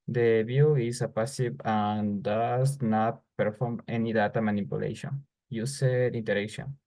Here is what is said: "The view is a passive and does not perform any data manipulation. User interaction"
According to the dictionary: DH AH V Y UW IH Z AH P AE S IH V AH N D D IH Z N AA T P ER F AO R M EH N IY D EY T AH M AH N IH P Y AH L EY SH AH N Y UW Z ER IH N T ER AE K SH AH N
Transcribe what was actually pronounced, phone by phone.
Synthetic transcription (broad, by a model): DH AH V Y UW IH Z AH P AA S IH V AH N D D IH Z N AA T P ER F AO R M EH N IY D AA T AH M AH N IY P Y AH L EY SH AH N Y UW S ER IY N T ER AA K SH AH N